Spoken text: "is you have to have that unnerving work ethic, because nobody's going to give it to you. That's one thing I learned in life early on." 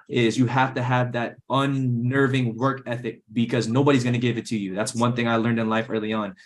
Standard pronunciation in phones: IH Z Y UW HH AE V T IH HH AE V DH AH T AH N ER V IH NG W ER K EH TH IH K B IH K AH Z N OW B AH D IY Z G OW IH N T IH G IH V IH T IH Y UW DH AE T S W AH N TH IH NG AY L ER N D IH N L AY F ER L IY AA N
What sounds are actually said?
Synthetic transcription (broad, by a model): IH Z Y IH HH AE F T IH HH V DH AH T AH N ER V IH NG W ER K EH TH IH K B IH K AH Z N OW B AH D IY Z G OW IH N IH G IH V IH T IH Y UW DH AE T S W AH N TH IH NG AY L ER N D IH N L AY F ER L IY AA N